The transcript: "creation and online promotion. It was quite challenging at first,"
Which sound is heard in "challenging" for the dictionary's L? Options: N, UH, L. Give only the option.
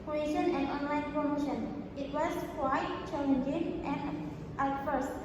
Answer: N